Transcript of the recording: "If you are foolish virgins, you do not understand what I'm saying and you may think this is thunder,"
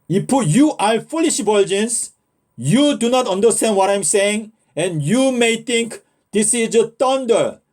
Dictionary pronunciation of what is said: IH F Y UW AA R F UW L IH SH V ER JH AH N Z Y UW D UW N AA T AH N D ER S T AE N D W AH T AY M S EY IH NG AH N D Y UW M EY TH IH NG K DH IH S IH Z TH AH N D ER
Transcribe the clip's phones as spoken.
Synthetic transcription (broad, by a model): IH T Y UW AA L F UW L IH SH B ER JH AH N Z Y UW D UW N AA T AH N D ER S T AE N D W AH T AY M S EY IH NG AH N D Y UW M EY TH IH NG K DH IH S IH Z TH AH N D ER